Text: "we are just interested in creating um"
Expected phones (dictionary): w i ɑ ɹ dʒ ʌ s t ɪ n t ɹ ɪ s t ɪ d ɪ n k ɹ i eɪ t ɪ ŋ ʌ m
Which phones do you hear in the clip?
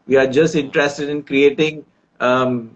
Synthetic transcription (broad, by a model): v i ɑ ɹ dʒ ʌ s t ɪ n t ɹ ɪ s t ɪ d ɪ n k ɹ i eɪ t ɪ ŋ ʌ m